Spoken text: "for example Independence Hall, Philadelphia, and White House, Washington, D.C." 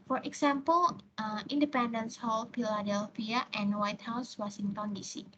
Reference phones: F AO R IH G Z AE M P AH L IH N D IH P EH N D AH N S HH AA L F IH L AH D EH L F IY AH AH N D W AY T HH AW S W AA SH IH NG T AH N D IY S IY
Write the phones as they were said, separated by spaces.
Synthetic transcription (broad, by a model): F AO R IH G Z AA M P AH L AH N D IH P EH N D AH N S HH AA L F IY L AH D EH L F IY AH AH N W AY T HH AW S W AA S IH NG T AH N D IY S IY